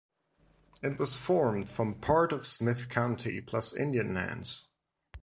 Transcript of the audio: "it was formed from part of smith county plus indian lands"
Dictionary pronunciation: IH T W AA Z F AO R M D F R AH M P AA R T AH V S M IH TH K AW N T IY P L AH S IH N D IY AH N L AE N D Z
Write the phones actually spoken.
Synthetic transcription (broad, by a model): IH T W AA Z F AO R M D F R AH M P AA R T AH V S M IH TH K AW N T IY P L AH S IH N D IY AH N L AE N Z